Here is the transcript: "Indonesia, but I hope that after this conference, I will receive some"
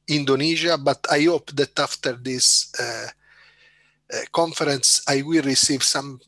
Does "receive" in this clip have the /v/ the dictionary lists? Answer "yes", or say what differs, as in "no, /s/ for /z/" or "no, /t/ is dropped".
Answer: yes